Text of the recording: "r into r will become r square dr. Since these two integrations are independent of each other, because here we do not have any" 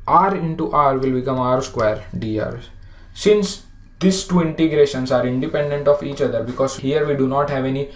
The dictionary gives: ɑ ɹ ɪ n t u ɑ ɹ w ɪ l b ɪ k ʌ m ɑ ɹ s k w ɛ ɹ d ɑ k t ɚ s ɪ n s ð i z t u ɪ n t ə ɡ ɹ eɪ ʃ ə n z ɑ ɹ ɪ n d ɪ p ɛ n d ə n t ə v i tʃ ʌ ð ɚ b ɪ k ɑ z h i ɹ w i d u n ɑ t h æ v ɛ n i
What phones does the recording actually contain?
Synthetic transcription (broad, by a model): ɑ ɹ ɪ n t u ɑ ɹ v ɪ l b ɪ k ʌ m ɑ ɹ s k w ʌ ɹ d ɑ t s ɪ n s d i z t u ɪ n t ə ɡ ɹ eɪ ʃ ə n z ɑ ɹ ɪ n d ɪ p ɛ n d ə n t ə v i tʃ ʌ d ɚ b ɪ k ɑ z h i ɹ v i d u n ɑ t h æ v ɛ n i